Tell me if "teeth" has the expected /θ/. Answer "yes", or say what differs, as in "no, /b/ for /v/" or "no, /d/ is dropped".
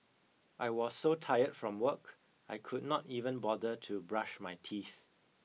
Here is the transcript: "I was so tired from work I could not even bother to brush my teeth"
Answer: yes